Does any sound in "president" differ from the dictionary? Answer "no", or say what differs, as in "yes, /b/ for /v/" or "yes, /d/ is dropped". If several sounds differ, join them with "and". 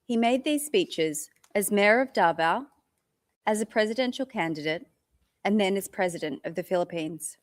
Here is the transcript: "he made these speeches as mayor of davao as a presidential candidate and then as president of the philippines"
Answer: no